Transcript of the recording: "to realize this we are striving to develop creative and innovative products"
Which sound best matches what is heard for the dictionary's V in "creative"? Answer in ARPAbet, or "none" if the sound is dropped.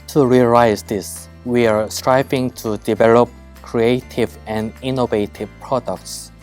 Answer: V